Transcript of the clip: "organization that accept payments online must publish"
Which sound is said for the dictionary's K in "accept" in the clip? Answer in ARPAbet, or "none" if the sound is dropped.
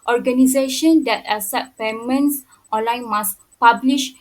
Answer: none